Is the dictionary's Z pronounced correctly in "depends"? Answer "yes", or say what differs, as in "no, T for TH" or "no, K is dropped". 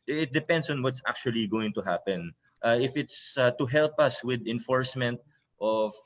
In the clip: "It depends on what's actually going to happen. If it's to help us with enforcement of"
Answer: no, S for Z